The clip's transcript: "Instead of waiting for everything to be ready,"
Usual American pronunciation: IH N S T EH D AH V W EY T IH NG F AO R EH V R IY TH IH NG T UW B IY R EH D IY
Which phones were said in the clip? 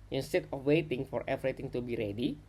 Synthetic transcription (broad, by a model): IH N S T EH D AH F W EY T IH NG F AO R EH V R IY T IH NG T UW B IY R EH D IY